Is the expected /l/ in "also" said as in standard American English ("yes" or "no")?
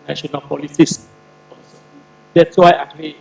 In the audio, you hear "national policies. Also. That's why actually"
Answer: no